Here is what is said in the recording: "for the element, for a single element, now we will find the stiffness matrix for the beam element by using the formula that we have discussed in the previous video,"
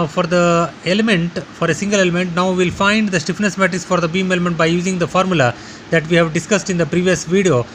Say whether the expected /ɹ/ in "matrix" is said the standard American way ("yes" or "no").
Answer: no